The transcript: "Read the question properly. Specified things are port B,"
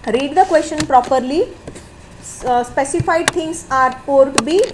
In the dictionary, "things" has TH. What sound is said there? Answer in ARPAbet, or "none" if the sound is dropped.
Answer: T